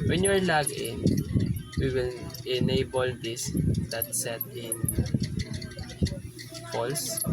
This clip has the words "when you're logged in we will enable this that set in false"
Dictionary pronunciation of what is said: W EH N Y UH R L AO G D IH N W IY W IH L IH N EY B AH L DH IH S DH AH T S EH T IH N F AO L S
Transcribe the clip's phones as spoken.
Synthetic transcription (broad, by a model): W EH N Y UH R L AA G IH N W IY W IH L IH N EY B AH L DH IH S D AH T S EH T IH N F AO L S